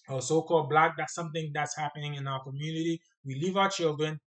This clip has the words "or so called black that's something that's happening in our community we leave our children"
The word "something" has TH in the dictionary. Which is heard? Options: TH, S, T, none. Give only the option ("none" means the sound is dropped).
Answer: TH